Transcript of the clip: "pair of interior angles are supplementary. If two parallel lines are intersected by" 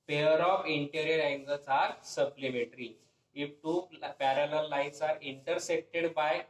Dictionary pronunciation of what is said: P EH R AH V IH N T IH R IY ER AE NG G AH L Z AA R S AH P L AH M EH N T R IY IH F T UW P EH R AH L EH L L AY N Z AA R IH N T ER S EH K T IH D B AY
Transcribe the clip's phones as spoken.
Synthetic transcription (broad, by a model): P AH R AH F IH N T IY R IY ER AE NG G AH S AA R S AH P L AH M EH T R IY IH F T UW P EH R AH L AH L L AY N S AA R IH N T ER S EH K T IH D B AY